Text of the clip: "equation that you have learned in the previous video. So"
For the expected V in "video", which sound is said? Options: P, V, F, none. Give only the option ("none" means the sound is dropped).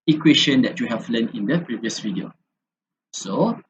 F